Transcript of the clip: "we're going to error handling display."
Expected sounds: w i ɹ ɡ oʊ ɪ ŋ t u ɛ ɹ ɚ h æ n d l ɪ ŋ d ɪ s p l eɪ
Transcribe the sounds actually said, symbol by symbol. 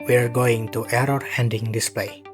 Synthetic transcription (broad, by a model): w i ɹ ɡ oʊ ɪ ŋ t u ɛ ɹ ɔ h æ n d ɪ ŋ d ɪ s p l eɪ